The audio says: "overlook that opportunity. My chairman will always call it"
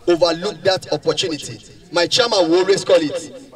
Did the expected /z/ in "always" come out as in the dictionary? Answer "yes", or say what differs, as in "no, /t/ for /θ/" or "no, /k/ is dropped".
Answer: no, /s/ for /z/